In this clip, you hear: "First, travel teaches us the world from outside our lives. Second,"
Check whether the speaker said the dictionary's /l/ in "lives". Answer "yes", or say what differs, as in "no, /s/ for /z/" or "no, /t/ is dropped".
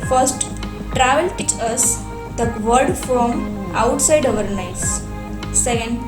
no, /n/ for /l/